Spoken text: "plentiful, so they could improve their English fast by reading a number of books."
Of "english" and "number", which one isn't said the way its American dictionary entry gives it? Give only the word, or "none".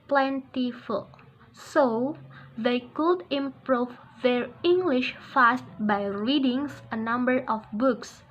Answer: none